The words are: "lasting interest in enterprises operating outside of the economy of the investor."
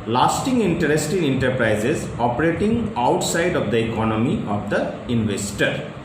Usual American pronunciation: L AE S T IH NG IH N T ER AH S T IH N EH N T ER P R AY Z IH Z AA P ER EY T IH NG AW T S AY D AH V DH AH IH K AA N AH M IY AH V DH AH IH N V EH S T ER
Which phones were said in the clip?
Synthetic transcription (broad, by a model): L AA S T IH NG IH N T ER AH S T IH N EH N T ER P R AY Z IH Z AA P ER EY T IH NG AW T S AY D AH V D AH IH K AA N AH M IY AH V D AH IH N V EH S T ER